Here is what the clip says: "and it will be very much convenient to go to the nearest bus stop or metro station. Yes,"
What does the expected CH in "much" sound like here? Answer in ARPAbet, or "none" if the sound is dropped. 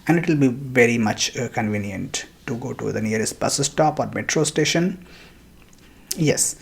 CH